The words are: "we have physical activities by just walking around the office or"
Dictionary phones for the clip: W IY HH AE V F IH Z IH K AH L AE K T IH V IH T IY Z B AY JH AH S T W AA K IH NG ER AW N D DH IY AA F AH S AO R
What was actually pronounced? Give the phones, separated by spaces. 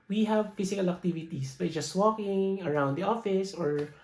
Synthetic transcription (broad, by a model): W IY HH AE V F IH S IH K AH L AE K T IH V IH T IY S B AY JH AH S T W AA K IH NG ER AW N D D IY AA F AH S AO R